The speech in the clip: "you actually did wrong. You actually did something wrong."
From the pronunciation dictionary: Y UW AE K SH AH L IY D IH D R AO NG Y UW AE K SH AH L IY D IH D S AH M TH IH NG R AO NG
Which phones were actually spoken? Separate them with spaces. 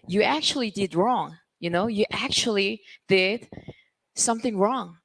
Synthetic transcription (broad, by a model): Y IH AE K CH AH L IY D IH D R AO NG Y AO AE K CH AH L IY D IH D S AH M TH IH NG R AO NG